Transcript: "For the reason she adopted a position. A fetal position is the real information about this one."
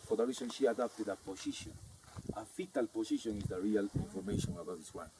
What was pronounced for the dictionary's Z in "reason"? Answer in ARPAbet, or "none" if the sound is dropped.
S